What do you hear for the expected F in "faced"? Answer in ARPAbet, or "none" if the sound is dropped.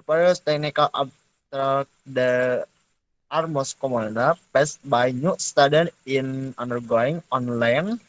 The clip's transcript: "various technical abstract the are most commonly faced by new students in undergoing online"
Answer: P